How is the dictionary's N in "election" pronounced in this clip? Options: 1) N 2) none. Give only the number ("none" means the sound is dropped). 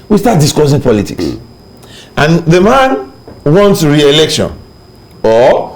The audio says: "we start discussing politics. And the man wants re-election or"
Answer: 1